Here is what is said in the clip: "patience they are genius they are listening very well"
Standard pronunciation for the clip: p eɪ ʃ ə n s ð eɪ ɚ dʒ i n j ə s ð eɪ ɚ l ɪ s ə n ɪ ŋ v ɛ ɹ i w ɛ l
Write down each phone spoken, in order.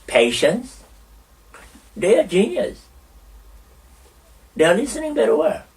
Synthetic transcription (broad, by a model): p eɪ ʃ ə n s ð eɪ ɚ dʒ i n j ə s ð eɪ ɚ l ɪ s ə n ɪ ŋ b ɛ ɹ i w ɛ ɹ